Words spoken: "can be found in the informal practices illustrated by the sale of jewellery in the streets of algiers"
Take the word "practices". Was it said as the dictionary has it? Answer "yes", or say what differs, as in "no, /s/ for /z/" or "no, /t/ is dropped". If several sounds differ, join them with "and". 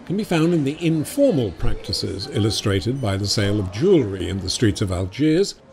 yes